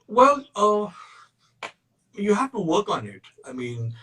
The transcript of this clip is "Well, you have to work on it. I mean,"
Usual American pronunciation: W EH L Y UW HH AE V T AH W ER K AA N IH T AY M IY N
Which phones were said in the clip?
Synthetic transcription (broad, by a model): W EH L Y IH HH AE F T AH W ER K N IH T AY M IY N